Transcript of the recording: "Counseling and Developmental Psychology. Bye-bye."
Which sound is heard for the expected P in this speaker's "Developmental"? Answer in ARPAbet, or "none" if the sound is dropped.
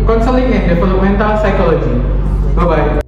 none